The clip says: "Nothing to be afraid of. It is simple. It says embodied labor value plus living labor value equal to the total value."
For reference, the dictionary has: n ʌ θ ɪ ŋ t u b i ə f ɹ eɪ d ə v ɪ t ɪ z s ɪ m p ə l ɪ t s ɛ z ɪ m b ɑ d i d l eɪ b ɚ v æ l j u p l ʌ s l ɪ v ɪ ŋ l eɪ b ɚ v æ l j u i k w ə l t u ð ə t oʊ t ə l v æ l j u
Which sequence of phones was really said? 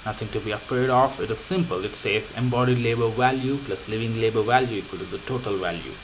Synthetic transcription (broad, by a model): n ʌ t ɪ ŋ t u b i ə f eɪ d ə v ɪ t ɪ z s ɪ m p ə l ɪ t s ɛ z ɪ m b ɑ d i d l eɪ b ɚ v æ l j u p l ʌ s l ɪ v ɪ ŋ l eɪ b ɚ v æ l j u i k w ə l t u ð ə t oʊ t ə l v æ l j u